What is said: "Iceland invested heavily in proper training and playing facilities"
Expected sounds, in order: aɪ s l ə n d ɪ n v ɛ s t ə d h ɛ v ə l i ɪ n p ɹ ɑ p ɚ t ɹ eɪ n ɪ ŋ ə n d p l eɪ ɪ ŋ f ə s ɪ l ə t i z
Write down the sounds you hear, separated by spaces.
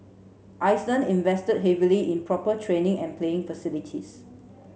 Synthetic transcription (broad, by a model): aɪ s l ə n ɪ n v ɛ s t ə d h ɛ v ə l i ɪ n p ɹ ɑ p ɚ t ɹ eɪ n ɪ ŋ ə n p l eɪ ɪ ŋ f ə s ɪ l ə t i s